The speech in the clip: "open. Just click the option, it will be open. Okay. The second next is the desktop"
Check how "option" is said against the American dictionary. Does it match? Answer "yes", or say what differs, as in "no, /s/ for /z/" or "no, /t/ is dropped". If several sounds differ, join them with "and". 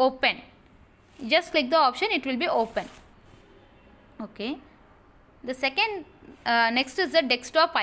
yes